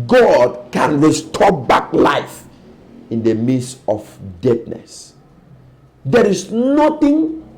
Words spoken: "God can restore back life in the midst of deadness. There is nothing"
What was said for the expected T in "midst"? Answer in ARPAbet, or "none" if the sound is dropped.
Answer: none